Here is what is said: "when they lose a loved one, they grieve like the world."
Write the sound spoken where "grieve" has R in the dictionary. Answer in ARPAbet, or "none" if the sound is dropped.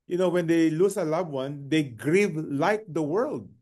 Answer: R